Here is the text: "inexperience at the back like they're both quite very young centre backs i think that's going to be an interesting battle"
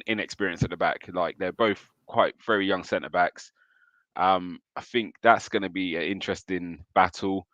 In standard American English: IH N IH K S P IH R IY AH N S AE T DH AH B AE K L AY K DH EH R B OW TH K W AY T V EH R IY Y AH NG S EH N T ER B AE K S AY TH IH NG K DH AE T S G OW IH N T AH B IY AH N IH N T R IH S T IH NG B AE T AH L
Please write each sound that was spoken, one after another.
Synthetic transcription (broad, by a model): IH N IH K S P IH R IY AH N S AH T DH AH B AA K L AY K DH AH B OW TH K W AY T V EH R IY Y AH NG S EH N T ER B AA K S AY TH IH NG K DH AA T S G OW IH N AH B IY AH N IH N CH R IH S T IH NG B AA T AH L